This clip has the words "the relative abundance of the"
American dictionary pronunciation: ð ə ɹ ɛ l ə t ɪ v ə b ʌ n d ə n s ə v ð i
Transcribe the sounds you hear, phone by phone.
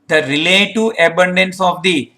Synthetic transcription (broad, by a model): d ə ɹ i l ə t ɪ ə b ʌ n d ə n s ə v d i